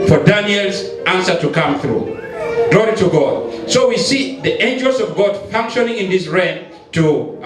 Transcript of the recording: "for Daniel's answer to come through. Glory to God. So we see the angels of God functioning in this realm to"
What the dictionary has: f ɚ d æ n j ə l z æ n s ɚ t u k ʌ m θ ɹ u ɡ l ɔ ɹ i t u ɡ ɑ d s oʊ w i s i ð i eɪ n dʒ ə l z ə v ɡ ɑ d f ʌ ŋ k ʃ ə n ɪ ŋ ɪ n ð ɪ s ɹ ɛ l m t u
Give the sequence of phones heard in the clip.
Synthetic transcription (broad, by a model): f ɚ d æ n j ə l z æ n s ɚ t u k ʌ m θ ɹ u ɡ l ɔ ɹ i t u ɡ ɑ d s oʊ w i s i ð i eɪ n dʒ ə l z ə v ɡ ɑ d f ʌ ŋ k ʃ ə n ɪ ŋ ɪ n ð ɪ s ɹ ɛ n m t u